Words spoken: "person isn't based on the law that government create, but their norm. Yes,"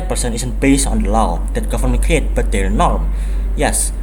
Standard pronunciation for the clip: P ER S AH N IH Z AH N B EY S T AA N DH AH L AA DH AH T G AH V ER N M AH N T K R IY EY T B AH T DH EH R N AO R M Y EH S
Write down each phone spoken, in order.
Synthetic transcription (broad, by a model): P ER S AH N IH S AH N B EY S AA N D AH L AA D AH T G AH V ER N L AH K R IY EY T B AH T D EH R N AO R M Y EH S